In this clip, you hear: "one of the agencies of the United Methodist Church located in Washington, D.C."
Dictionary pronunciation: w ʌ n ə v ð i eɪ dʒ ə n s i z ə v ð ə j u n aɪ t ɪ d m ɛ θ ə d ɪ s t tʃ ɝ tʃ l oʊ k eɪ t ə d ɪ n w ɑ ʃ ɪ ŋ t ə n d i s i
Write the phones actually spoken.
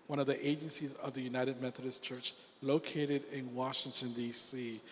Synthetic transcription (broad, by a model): w ʌ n ə v ð i eɪ dʒ ə n s i z ə v ð ə j u n aɪ t ɪ d m ɛ θ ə d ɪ s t tʃ ɝ tʃ l oʊ k eɪ t ə d ɪ n w ɑ ʃ ɪ ŋ t ə n d i s i